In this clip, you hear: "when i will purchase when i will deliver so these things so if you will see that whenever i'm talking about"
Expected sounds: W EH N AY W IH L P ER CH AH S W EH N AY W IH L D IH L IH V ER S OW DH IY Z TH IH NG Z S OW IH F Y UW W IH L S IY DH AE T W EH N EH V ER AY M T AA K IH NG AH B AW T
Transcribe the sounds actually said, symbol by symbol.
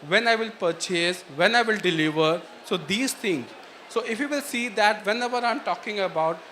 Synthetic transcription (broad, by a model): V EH N AY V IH L P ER CH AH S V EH N AY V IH L D IH L IH V ER S OW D IY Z T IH NG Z S OW IH F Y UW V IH L S IY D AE T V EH N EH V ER AY M T AA K IH NG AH B AW T